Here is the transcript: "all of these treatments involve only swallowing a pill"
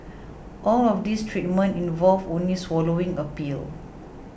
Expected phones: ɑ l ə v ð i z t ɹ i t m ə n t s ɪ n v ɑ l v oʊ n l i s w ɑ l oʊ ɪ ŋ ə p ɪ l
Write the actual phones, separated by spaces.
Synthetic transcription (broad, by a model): ɑ l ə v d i s t ɹ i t m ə n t ɪ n v ɑ l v oʊ n l i s w ɑ l oʊ ɪ ŋ ə p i l